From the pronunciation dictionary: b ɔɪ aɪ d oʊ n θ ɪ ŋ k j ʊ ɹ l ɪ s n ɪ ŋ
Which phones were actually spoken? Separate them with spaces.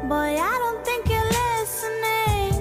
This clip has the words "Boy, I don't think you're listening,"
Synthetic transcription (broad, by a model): b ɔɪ aɪ d oʊ n t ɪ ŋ k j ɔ l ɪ s n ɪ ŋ